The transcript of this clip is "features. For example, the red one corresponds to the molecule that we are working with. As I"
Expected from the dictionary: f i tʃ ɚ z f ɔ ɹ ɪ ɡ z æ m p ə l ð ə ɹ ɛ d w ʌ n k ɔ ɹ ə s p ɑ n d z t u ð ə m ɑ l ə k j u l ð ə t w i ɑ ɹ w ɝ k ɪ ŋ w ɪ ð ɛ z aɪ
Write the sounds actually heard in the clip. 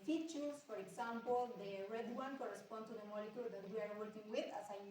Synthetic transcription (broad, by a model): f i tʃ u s f ɔ ɹ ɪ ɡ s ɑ m p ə l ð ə ɹ ɛ d w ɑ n k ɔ ɹ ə s p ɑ n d t u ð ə m ɑ l ə k j u l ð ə t w i ɑ ɹ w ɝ k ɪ ŋ w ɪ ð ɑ s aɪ